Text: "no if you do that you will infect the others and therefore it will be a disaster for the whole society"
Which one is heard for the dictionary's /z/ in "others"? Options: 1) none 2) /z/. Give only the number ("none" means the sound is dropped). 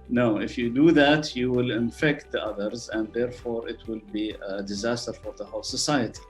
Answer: 2